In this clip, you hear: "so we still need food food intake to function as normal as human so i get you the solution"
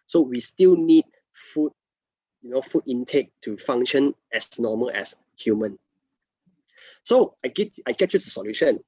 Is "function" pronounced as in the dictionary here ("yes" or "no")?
no